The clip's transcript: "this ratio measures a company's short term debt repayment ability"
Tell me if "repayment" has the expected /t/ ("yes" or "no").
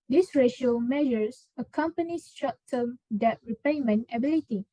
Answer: no